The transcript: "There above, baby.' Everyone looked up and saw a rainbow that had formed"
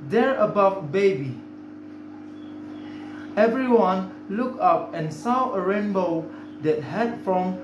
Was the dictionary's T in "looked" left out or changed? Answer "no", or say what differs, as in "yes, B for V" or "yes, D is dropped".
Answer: yes, T is dropped